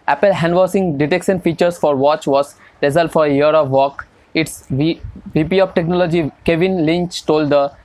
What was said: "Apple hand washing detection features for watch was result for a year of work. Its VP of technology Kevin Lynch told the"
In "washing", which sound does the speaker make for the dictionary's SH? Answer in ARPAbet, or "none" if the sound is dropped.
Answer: S